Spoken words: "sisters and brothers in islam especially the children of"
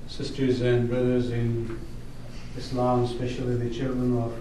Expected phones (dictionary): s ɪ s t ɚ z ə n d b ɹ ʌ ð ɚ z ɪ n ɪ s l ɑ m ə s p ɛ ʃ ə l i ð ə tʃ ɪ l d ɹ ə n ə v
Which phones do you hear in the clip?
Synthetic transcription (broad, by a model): s ɪ s t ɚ z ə n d b ɹ ʌ ð ɚ z ɪ n ɪ s l ɑ m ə s p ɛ ʃ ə l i ð ə tʃ ɪ l d ɹ ə n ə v